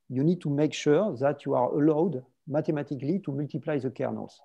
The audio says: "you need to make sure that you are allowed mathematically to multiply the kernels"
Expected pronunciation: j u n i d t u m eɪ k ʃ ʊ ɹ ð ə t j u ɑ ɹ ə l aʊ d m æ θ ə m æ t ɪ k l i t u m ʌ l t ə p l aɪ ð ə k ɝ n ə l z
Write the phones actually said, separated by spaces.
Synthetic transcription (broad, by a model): j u n i d t u m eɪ k ʃ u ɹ ð ə t j u ɑ ɹ ə l aʊ d m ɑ t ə m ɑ t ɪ k l i t u m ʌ l t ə p l aɪ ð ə k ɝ n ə l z